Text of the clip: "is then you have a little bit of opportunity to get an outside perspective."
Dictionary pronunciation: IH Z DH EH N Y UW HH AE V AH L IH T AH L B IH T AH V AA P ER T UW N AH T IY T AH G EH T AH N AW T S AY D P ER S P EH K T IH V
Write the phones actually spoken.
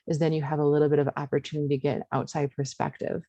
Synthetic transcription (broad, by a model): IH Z DH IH N Y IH V AH L IH T L B IH T AH V AA P ER T UW N AH T IY G EH T AH N AW T S AY D P ER S P EH K T IH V